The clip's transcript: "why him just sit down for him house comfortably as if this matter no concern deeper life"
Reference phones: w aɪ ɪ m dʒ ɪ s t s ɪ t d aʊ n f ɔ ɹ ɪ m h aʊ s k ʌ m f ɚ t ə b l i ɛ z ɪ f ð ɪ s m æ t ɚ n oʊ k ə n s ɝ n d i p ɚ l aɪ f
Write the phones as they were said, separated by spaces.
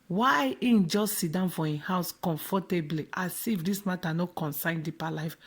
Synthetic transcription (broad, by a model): w aɪ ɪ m dʒ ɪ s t s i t d aʊ n f ɔ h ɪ h aʊ s k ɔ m f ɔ t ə b l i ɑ s ɪ f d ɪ s m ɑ t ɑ n oʊ k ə n s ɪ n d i p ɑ l aɪ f